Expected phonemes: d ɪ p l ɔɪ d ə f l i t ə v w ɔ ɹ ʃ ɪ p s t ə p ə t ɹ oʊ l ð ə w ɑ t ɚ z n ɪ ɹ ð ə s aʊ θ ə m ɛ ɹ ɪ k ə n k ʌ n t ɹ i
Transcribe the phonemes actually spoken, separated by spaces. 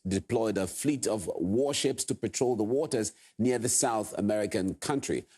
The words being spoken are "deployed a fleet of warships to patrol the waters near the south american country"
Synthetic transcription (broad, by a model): d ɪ p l ɔɪ d ə f l i t ə v w ɔ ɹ ʃ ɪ p s t ə p ə t ɹ oʊ l ð ə w ɑ t ɚ z n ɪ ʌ ð ə s aʊ θ ə m ɛ ɹ ɪ k ə n k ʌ n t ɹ i